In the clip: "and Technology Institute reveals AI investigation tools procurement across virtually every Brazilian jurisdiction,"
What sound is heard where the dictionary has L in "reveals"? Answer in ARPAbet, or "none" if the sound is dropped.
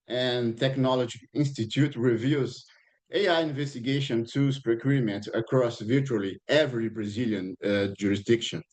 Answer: none